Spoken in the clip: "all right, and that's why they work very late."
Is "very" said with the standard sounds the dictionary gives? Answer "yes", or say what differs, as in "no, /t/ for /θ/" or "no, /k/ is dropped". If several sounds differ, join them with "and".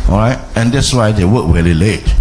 no, /l/ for /ɹ/